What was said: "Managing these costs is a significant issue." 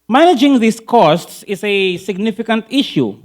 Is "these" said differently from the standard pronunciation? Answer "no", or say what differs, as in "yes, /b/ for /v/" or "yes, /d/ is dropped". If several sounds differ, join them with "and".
yes, /s/ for /z/